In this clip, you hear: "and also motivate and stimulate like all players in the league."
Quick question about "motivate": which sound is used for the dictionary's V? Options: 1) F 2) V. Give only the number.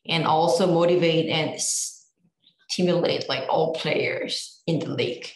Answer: 2